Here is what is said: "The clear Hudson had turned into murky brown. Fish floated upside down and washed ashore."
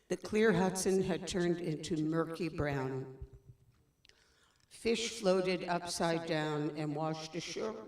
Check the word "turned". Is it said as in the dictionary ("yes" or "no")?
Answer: yes